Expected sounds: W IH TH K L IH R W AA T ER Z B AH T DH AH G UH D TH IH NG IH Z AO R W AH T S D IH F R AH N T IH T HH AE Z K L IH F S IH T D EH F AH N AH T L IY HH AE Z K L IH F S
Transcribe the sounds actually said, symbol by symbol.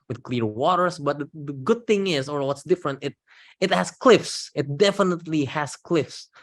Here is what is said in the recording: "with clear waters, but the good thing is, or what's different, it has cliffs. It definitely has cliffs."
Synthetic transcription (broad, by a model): W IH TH K L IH R W AA T ER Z B AH T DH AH G UH D TH IH NG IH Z AO R W AH T S D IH F R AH N T IH T HH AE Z K L IH F S IH T D EH F AH N AH T L IY HH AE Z K L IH F S